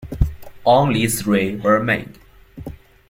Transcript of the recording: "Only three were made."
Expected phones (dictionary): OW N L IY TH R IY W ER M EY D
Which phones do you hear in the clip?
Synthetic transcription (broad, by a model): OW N L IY S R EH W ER M EY D